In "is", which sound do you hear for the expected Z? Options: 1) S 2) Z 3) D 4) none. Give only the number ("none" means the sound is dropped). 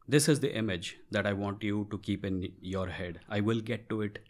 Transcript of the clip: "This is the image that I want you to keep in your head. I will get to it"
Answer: 2